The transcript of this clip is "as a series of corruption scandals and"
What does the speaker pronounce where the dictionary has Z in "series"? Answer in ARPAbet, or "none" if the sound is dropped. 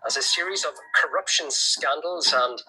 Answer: Z